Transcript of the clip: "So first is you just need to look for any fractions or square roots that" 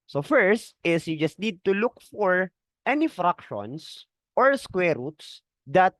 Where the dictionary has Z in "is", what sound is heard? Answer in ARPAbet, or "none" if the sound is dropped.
S